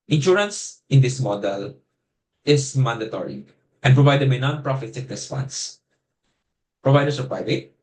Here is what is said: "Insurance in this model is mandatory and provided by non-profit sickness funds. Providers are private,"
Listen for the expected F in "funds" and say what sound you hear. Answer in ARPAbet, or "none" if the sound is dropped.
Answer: P